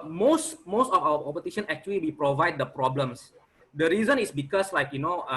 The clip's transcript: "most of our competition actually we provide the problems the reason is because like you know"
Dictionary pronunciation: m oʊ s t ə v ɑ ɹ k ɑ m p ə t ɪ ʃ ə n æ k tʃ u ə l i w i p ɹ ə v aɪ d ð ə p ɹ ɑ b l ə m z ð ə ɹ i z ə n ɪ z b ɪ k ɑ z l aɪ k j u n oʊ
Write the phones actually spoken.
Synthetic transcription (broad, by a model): m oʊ s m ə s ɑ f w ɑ p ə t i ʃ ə n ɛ k tʃ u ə l i w i p ɹ ə v aɪ d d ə p ɹ ɑ b l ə m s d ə ɹ i z ə n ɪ s b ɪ k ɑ s l aɪ k j u n oʊ